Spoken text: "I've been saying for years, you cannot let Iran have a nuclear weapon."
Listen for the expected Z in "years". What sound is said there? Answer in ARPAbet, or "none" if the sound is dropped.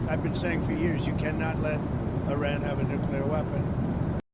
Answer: Z